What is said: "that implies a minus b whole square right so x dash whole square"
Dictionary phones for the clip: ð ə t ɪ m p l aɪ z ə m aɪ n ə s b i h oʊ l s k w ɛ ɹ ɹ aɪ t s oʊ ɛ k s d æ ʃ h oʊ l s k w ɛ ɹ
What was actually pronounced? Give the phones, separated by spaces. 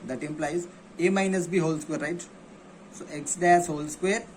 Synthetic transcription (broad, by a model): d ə t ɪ m p l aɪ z ə m aɪ n ə s b i h oʊ l s k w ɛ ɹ ɹ aɪ t s oʊ ɛ k s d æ s h oʊ l s k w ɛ ɹ